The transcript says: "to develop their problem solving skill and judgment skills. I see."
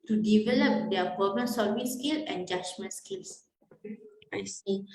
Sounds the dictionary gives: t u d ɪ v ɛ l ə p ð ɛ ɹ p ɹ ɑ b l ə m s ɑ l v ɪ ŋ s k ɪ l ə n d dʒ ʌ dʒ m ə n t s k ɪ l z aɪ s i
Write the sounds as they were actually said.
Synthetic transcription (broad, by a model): t u d ɪ v ɛ l ə p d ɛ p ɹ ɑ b ə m s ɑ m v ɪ s k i l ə n dʒ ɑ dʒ m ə n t s k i l s aɪ s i